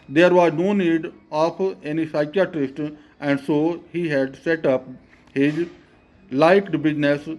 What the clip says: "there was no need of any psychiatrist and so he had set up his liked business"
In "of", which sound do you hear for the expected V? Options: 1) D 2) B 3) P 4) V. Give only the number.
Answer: 3